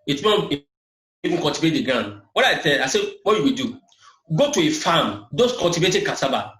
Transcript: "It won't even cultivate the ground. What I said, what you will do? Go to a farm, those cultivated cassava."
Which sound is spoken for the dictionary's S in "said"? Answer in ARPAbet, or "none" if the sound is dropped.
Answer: TH